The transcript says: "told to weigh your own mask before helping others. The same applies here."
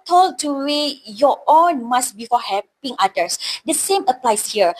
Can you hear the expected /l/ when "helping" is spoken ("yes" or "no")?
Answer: no